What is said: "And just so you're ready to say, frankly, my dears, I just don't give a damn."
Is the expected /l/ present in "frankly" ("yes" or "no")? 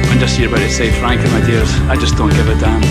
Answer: no